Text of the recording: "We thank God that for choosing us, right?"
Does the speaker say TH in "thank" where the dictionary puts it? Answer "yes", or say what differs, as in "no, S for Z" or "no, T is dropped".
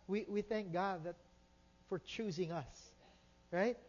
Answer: yes